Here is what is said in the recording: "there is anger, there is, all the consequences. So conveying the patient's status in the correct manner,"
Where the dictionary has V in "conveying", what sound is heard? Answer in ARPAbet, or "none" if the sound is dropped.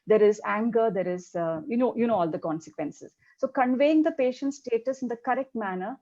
V